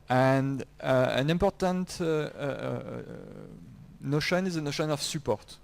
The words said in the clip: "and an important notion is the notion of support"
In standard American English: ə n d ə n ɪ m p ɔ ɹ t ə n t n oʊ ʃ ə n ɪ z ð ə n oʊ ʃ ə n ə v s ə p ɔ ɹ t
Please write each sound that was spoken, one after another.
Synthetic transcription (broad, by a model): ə n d ə n ɪ m p ɔ ɹ t ə n t n oʊ ʃ ə n ɪ z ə n oʊ ʃ ə n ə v s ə p ɔ ɹ t